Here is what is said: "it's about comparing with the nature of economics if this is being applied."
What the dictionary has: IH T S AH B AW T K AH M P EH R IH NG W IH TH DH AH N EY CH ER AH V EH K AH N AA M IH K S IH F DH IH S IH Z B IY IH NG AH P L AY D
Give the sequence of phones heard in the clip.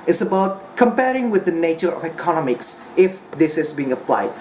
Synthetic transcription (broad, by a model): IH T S AH B AW T K AH M P EH R IH NG W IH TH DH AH N EY CH ER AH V EH K AH N AA M IH K S IH F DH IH S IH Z B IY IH NG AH P L AY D